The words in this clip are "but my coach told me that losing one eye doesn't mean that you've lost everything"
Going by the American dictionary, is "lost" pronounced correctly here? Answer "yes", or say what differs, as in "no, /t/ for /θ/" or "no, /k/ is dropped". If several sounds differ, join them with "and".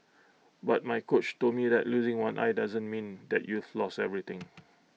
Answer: no, /t/ is dropped